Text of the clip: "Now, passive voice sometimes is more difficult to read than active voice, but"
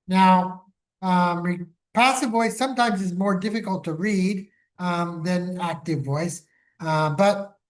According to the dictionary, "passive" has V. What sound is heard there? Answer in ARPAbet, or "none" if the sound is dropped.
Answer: V